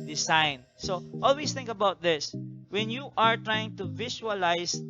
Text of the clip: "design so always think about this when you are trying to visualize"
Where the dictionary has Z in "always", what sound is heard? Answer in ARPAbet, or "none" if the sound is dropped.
S